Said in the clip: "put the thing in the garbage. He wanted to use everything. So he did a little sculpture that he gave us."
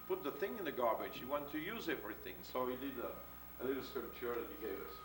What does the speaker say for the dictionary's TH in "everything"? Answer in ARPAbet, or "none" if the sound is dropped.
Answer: TH